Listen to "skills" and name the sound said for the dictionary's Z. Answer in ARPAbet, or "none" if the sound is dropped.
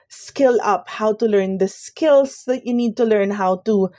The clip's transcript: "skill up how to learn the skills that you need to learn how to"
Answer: S